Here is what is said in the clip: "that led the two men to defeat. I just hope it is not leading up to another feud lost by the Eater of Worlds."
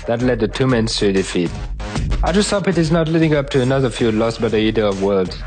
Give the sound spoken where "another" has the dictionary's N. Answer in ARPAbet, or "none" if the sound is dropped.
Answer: N